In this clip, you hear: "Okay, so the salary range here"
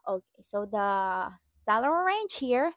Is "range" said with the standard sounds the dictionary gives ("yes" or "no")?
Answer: no